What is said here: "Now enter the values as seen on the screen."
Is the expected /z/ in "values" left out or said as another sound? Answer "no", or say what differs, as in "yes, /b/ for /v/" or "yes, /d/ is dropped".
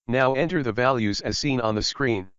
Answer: no